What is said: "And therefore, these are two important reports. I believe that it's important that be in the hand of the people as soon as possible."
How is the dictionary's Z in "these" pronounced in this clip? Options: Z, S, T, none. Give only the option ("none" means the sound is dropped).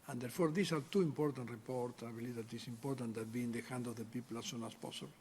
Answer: S